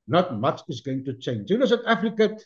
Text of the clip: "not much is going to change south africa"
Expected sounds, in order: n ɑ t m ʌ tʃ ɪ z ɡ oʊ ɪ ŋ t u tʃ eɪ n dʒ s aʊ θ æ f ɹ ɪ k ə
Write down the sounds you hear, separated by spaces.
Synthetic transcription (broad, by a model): n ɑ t m ʌ tʃ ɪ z ɡ oʊ ɪ ŋ t u tʃ eɪ n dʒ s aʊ t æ f ɹ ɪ k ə